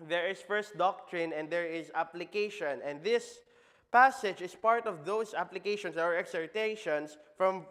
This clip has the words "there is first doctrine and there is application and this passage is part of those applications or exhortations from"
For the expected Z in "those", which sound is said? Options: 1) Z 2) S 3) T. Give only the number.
2